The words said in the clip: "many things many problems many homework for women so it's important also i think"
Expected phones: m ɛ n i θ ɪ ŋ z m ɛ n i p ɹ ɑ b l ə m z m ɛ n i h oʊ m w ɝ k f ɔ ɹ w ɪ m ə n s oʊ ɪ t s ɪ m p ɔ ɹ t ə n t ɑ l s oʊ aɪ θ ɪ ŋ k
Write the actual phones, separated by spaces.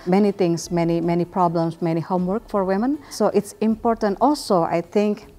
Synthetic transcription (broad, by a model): m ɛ n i t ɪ ŋ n m ɛ n i p ɹ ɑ b l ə m s m ɛ n i h oʊ m w ɝ k f ɔ ɹ w ɪ m ə n s oʊ ɪ t s ɪ m p ɔ ɹ t ə n t ɑ l s oʊ aɪ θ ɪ ŋ k